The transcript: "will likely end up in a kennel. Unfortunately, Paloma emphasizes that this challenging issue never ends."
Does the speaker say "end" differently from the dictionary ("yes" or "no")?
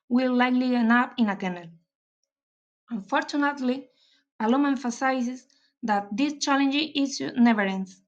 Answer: yes